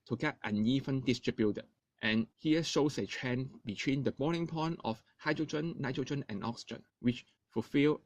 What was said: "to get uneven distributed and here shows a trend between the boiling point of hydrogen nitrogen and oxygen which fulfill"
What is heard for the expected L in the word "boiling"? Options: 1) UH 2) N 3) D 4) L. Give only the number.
2